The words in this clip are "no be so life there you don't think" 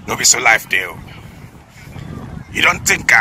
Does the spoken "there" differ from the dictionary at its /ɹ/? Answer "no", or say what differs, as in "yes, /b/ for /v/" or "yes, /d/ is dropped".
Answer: yes, /l/ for /ɹ/